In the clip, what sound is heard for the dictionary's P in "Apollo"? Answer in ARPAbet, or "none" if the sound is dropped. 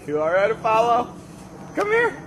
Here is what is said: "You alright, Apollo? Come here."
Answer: F